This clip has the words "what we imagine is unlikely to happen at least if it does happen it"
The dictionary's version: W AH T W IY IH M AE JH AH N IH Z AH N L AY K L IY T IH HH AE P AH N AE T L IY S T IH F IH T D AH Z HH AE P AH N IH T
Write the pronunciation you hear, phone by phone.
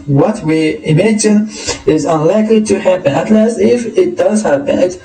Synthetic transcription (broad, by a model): W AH T W IY IH M AE JH AH N IH Z AH N L AY K L IY T IH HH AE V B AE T L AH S IH F IH T D AH Z HH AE B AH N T